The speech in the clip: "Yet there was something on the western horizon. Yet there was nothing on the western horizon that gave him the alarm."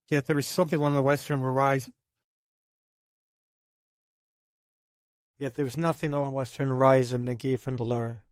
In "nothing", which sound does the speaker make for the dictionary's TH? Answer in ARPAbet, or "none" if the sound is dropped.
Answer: TH